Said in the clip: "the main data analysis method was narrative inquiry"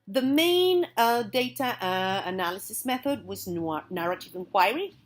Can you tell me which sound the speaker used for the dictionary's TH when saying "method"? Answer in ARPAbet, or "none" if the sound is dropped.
TH